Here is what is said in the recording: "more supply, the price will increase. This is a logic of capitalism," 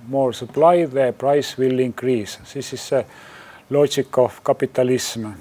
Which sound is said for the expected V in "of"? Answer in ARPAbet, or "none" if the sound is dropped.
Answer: F